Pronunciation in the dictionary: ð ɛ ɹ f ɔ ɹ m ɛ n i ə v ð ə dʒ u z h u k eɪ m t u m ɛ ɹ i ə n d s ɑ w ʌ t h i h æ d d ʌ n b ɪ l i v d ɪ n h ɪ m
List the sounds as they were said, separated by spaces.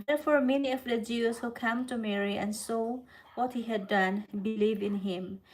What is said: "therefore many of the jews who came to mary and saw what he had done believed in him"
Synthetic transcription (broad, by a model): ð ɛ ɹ f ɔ ɹ m ɛ n i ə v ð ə dʒ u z h u k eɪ m t u m ɛ ɹ i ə n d s ɑ w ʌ t h i h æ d d ʌ n b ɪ l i v ɪ n h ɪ m